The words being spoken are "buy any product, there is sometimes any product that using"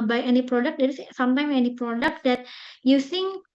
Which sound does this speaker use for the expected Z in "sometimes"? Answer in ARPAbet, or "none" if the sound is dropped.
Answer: none